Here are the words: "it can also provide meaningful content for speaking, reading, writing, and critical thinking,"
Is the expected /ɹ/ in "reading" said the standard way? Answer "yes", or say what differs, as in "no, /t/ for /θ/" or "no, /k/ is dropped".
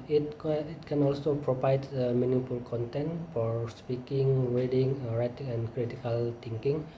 no, /w/ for /ɹ/